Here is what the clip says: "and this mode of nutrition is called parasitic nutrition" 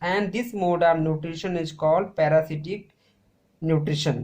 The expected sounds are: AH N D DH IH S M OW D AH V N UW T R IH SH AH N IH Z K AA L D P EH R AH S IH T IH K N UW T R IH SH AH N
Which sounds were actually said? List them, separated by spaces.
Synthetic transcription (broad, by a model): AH N D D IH S M OW D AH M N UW T R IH SH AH N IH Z K AA L D P EH R AH S IH T IH K N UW T R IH SH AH N